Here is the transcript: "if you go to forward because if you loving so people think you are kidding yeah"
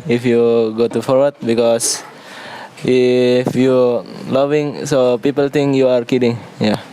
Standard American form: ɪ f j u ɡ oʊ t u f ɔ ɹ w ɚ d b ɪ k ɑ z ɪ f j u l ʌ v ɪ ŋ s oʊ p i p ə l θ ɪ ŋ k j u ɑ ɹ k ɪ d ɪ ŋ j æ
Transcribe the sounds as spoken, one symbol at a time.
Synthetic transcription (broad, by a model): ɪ f j u ɡ oʊ t u f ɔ ɹ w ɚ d b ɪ k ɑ s ɪ f j u l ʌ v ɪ ŋ s oʊ p i p ə l t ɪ ŋ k j u ɑ ɹ k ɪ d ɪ ŋ j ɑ